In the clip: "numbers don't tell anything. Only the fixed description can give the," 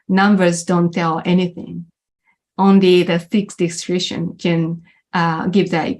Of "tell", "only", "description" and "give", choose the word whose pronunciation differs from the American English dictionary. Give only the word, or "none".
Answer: description